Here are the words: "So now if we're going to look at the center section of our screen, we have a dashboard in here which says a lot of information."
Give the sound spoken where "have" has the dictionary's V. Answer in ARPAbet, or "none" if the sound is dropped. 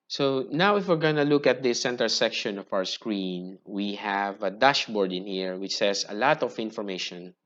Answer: V